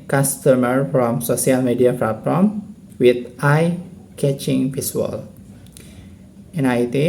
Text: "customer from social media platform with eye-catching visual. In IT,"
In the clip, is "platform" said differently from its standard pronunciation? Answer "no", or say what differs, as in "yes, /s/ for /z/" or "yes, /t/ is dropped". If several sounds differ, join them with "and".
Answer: yes, /f/ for /p/